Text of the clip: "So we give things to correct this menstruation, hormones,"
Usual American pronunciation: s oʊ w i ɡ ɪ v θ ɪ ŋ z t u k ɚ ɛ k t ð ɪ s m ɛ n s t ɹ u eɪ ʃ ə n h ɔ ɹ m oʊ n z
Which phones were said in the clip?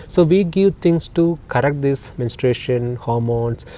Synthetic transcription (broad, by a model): s oʊ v i ɡ ɪ v t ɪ ŋ s t u k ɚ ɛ k t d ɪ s m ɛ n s t ɹ eɪ ʃ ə n h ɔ ɹ m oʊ n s